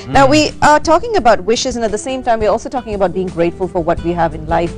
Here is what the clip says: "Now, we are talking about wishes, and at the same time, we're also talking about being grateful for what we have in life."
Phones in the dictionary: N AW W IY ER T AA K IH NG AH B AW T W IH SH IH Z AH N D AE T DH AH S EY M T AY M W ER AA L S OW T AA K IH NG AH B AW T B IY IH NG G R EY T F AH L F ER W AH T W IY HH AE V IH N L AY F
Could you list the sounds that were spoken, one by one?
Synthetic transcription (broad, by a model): N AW W IY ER T AA K IH NG AH B AW T W IH SH IH Z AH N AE T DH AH S EY M T AY M W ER AA L S OW T AA K IH NG AH B AW T B IY IH NG G R EY T F AH L F ER W AH T W IY HH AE V IH N L AY F